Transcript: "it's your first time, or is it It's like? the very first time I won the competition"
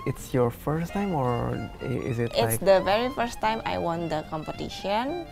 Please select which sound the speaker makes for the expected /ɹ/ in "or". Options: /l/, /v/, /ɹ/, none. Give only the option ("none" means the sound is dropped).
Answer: /ɹ/